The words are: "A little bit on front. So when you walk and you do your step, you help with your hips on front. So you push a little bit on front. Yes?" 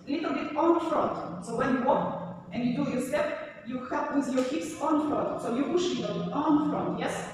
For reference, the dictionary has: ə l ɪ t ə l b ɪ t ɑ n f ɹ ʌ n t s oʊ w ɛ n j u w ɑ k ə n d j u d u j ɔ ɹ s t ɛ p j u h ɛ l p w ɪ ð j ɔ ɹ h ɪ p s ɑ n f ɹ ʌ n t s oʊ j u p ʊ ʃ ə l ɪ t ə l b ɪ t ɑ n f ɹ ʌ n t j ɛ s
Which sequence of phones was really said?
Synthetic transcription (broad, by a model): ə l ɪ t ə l b ɪ t ɑ n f ɹ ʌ n t s oʊ w ɛ n j u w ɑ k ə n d j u d u j ɔ ɹ s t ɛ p j u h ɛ p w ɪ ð j ɔ ɹ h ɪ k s ɑ n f ɹ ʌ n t s oʊ j u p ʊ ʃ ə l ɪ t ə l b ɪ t ɑ n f ɹ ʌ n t j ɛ s